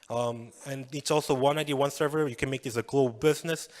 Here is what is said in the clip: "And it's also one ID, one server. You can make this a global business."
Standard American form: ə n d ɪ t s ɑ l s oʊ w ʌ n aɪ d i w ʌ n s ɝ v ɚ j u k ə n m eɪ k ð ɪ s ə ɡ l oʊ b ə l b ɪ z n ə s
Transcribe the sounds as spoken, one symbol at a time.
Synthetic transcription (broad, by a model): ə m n ɪ t s ɑ l s oʊ w ʌ n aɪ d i w ʌ n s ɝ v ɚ j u k ə n m eɪ k ð ɪ s ə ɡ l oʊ ə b b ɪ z n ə s